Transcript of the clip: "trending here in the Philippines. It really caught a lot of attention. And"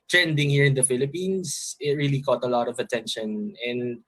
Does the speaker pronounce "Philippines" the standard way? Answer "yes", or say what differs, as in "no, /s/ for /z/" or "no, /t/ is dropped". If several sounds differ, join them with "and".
no, /s/ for /z/